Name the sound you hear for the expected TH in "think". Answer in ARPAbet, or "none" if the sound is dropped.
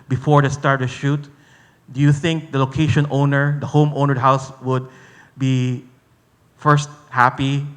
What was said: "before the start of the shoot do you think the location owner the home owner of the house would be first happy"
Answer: TH